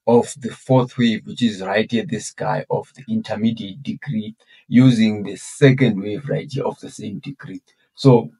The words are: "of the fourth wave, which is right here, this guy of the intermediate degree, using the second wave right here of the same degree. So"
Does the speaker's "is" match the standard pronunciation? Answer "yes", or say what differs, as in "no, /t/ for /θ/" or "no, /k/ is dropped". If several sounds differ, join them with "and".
yes